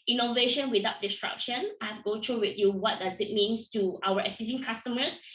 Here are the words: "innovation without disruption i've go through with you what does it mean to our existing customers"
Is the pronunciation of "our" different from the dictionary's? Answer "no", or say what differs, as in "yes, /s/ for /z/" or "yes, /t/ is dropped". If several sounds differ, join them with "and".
yes, /w/ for /ɹ/